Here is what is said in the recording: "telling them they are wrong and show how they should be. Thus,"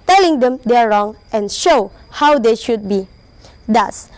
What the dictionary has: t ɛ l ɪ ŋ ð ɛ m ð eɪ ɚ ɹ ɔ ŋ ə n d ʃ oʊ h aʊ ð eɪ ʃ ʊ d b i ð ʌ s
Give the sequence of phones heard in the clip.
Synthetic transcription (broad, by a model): t ɛ l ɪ ŋ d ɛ m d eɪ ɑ ɹ ɔ ŋ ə n ʃ oʊ h aʊ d eɪ ʃ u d b i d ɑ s